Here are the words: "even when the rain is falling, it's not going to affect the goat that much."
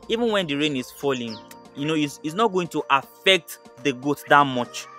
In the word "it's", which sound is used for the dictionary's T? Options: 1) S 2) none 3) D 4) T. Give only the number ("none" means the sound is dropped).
1